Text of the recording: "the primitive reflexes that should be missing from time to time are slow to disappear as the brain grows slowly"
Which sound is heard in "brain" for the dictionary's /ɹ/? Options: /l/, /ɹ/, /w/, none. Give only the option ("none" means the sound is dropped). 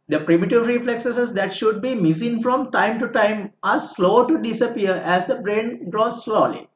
/ɹ/